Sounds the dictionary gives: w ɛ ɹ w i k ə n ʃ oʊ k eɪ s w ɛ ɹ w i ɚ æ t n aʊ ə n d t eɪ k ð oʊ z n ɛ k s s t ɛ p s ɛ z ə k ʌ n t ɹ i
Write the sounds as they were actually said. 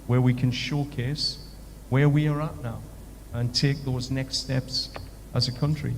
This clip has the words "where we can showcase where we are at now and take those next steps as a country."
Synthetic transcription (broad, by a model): w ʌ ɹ w i k ə n ʃ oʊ k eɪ s w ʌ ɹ w i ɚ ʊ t n aʊ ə n t eɪ k ð oʊ z n ɛ k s s t ɛ p s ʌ z ə k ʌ n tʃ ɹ i